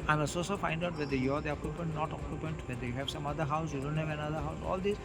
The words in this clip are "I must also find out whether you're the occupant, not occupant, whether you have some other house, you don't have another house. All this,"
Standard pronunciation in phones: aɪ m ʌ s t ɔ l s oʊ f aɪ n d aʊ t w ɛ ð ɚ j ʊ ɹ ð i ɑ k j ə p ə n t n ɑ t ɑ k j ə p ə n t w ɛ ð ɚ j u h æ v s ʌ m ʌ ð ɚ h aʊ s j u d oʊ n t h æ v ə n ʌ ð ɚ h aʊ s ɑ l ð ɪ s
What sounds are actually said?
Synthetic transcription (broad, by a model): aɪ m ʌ s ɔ s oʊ f aɪ n d aʊ t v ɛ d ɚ j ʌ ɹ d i ɑ k j ə p ə n t n ɑ t ɑ k j ə p ə n t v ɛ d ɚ j u h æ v s ʌ m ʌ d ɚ h aʊ s j u d oʊ n t h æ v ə n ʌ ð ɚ h aʊ s ɑ l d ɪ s